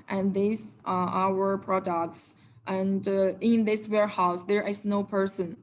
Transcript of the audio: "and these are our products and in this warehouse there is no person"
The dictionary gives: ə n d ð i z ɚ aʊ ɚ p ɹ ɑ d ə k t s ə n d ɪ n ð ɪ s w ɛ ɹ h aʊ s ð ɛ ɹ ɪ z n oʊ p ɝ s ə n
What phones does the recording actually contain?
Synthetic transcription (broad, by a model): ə n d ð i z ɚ aʊ ɚ p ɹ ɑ d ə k t s ə n d ɪ n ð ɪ s w ɛ ɹ h aʊ s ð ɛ ɹ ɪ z n oʊ p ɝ s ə n